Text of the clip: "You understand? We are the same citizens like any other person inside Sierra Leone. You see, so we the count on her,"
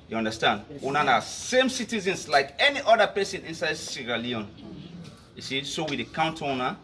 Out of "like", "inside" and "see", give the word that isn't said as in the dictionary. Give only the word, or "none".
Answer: none